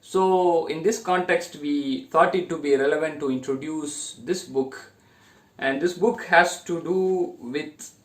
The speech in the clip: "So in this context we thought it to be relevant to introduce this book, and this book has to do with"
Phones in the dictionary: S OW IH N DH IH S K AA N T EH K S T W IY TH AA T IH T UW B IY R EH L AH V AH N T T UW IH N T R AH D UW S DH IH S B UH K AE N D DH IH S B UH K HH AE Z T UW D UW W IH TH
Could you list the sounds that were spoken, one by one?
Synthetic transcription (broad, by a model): S OW IH N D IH S K AA N T EH K S T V IY T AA T IH T UW B IY R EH L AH V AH N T T UW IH N T R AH D UW S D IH S B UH K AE N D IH S B UH K HH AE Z T UW D UW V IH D